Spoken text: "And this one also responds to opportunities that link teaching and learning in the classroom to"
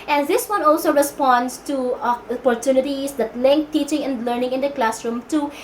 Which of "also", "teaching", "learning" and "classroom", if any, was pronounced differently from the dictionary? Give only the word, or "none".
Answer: none